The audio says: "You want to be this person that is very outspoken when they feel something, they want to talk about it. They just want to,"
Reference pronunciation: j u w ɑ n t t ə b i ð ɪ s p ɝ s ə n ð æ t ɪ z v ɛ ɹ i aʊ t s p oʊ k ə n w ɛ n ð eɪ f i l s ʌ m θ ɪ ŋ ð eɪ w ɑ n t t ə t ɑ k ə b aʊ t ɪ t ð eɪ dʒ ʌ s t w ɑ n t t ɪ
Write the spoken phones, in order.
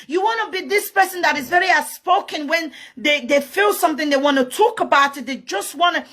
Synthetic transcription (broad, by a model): j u w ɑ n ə b i ð ɪ s p ɝ s ə n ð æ t ɪ z v ɛ ɹ i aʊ s p oʊ k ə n w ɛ n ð eɪ f i l s ʌ m θ ɪ ŋ ð eɪ w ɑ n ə t ɑ k ə b aʊ t ɪ t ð eɪ dʒ ʌ s t w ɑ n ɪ